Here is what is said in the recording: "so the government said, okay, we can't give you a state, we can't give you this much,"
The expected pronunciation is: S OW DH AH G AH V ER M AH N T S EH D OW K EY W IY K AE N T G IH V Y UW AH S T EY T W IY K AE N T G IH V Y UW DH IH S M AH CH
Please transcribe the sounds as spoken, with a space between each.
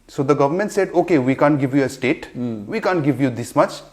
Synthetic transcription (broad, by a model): S OW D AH G AH V ER M AH N T S EH D OW K EY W IY K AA N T G IH V Y UW AH S T EY T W IY K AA N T G IH V Y UW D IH S M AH CH